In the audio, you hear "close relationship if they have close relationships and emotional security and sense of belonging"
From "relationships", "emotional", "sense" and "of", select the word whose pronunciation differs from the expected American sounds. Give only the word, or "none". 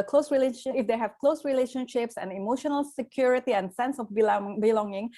of